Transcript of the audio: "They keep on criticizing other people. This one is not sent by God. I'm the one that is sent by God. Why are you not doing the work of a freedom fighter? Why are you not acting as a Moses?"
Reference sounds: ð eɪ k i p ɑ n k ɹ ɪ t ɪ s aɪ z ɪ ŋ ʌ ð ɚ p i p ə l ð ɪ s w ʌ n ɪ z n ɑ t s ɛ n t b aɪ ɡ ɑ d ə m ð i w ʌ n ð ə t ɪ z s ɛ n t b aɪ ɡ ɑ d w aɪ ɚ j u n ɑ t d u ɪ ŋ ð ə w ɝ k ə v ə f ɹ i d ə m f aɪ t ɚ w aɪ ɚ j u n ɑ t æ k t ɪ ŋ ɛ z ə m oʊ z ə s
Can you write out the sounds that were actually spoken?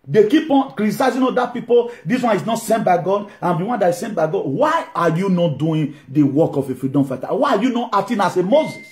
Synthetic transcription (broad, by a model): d eɪ k i p ɑ n k ɹ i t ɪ s aɪ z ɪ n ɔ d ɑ p i p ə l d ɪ s w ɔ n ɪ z n ɑ t s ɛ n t b aɪ ɡ ɑ d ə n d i w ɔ n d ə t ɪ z s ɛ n b aɪ ɡ ɑ d w aɪ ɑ j u n ɑ t d u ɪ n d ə w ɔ k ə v ə f ɹ i d ə m f aɪ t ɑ w aɪ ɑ j u n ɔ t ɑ t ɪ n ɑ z ə m oʊ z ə s